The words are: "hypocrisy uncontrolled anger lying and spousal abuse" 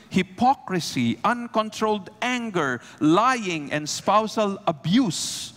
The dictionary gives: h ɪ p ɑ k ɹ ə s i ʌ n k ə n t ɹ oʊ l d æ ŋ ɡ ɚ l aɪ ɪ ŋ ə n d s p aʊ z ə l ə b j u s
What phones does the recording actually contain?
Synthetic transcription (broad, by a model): h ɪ p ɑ k ɹ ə s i ʌ n k ə n t ɹ oʊ l d æ ŋ ɡ ɚ l aɪ ɪ ŋ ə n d s p aʊ s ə l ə b j u s